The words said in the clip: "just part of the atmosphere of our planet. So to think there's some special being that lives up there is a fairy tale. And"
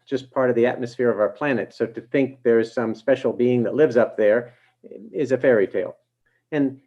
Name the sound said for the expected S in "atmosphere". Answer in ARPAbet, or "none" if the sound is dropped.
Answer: S